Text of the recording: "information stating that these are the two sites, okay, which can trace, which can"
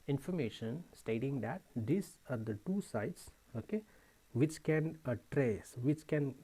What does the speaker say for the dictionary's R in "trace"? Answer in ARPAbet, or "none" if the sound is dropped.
R